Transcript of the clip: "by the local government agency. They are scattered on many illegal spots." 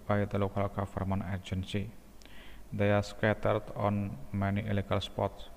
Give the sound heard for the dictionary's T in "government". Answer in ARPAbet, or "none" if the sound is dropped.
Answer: none